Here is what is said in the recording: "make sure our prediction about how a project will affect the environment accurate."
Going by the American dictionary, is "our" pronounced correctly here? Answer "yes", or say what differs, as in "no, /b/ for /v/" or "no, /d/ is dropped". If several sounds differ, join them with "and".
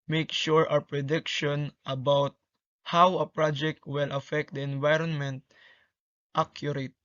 no, /w/ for /ɹ/